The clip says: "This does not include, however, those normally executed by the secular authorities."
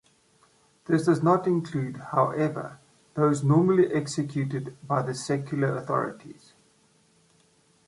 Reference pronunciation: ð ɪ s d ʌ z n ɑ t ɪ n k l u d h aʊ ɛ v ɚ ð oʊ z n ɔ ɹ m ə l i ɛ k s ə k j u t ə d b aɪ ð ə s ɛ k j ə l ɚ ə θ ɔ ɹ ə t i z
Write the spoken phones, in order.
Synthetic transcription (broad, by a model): ð ɪ s d ʌ z n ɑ t ɪ n k l u d h aʊ ɛ v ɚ ð oʊ z n ɔ m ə l i ɛ k s ə k j u t ə d b aɪ ð ə s ɛ k j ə l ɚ ə θ ɔ ɹ ə t i z